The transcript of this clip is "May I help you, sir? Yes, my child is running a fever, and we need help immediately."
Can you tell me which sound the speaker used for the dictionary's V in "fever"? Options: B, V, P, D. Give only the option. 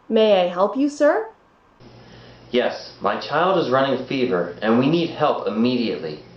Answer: V